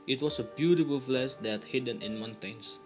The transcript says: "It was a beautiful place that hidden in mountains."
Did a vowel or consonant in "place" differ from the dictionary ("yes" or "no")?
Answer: yes